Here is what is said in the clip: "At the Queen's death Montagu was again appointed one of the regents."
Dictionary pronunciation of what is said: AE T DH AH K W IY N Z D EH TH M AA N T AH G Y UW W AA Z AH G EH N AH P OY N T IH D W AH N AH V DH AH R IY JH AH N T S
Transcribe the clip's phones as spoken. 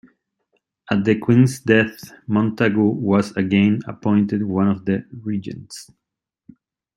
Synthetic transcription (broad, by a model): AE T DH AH K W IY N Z D EH TH M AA N T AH G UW W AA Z AH G EH N AH P OY N T IH D W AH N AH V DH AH R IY JH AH N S